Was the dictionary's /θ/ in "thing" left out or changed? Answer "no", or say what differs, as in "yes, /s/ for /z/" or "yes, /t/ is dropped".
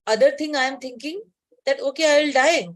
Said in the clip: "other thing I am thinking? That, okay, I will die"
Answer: yes, /t/ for /θ/